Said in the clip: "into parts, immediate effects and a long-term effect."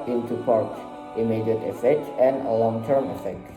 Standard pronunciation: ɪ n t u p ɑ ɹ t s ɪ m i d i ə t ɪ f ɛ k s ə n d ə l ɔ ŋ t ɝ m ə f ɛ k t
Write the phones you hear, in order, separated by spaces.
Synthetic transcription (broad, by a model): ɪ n t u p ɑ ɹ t ɪ m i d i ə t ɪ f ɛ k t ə n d ə l ɔ ŋ t ɝ m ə f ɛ k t